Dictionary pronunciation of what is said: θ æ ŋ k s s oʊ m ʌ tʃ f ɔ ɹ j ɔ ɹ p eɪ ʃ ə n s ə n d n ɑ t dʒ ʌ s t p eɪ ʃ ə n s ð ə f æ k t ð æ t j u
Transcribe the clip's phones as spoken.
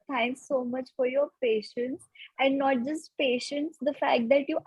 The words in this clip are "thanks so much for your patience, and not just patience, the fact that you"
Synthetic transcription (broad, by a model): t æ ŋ k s s oʊ m ʌ tʃ f ɔ ɹ j ɔ ɹ p eɪ ʃ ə n s ə n d n ɑ t dʒ ʌ s t p eɪ ʃ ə n s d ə f æ k t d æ t j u